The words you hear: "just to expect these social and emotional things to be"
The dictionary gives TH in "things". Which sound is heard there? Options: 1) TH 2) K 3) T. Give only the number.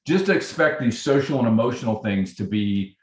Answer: 1